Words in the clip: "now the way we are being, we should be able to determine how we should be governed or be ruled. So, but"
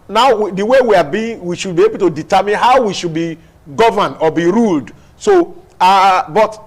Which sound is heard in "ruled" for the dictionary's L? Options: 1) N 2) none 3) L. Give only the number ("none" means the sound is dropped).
3